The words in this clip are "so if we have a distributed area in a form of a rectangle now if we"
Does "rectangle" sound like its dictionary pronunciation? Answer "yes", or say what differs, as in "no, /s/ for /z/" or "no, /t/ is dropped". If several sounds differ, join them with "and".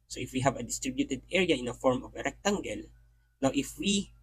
yes